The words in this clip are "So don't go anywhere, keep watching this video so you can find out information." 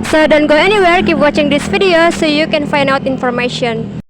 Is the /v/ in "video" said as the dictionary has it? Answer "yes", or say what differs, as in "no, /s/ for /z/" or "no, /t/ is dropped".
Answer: no, /f/ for /v/